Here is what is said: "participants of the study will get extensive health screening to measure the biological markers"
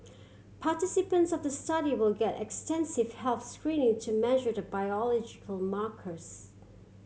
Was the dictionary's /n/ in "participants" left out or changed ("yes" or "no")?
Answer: no